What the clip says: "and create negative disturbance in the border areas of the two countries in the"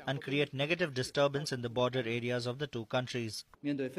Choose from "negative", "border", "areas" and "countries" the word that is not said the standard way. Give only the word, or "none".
none